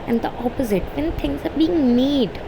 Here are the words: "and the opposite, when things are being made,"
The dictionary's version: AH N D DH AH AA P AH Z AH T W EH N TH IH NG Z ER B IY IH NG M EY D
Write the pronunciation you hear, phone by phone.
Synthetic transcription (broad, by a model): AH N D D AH AA P AH Z AH T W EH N T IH NG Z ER B IY IH NG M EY D